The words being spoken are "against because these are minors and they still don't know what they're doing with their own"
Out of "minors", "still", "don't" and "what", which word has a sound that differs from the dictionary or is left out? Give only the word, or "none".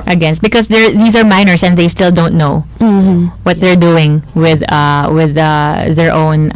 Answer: minors